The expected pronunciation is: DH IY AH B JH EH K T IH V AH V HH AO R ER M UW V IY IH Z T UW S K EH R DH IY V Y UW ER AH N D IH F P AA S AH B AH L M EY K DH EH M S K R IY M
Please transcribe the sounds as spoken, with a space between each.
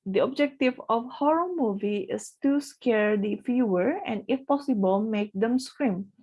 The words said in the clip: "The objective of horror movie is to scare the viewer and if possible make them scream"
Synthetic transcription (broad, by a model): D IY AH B JH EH K T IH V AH F HH AO R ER M UW V IY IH S T UW S K EH R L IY F Y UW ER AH N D IH F P AA S AH B AH L M EY K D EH M S K R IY M